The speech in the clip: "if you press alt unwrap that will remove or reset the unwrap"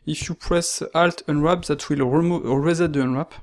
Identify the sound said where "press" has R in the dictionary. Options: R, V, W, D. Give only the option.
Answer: R